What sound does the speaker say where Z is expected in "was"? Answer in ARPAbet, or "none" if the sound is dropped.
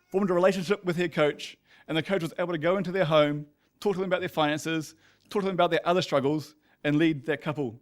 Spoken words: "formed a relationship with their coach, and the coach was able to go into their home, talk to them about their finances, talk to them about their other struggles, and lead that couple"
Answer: Z